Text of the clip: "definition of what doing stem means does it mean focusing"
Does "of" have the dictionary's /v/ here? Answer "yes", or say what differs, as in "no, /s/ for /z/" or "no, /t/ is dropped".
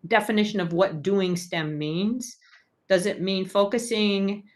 yes